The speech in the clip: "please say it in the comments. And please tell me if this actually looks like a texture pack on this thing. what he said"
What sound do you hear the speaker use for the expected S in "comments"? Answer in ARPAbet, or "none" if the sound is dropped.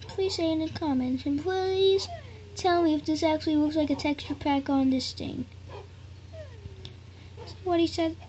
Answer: none